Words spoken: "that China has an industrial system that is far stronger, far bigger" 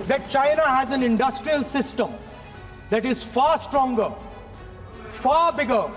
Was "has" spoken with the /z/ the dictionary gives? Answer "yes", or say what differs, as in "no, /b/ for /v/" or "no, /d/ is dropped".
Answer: yes